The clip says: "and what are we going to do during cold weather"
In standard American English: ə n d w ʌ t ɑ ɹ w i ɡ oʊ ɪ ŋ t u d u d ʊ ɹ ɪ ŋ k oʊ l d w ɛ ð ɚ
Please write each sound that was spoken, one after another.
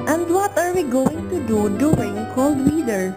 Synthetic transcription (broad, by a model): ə n d w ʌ t ɑ ɹ w i ɡ oʊ ɪ ŋ t u d u d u ɪ ŋ k oʊ l d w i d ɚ